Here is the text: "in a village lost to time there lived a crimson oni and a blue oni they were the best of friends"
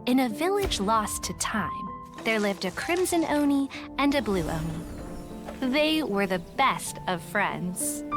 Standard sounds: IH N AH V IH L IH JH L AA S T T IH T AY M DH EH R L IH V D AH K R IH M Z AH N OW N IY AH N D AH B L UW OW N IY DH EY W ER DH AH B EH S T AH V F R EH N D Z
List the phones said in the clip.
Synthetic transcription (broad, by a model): IH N AH V IH L IH JH L AA S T T IH T AY M DH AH R L IH V D AH K R IH M Z AH N OW N IY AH N AH B L UW OW N IY DH EY W ER DH AH B EH S T AH V F R EH N D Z